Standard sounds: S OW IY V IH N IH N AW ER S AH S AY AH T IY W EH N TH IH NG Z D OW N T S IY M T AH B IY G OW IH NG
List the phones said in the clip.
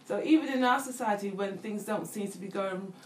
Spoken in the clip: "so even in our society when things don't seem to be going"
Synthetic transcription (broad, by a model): S OW IY V IH N IH N AW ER S AH S AY AH T IY W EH N TH IH NG Z D OW N T S IY M T AH B IY G OW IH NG